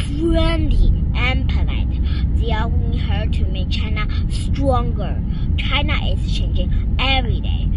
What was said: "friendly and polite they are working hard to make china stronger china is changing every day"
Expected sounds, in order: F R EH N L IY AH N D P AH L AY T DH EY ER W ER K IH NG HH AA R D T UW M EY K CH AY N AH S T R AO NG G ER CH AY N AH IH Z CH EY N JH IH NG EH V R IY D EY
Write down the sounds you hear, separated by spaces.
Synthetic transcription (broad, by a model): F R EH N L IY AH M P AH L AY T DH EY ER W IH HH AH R T UW M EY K CH AY N AH S T R AO NG G ER CH AY N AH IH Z CH EY N JH IH NG EH V R IY D EY